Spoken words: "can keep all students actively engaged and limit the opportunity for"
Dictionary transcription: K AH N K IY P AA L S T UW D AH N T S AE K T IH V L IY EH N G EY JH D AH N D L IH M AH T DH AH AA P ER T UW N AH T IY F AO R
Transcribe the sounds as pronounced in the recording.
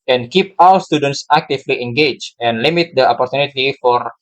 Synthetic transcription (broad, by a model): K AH N K IY P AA W S T UW D AH N T S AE K T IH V L IY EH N G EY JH AH N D L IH M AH T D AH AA P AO T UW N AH T IY F AO R